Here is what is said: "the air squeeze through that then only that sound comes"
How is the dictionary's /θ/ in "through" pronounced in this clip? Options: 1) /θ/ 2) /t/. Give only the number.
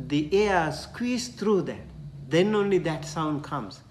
2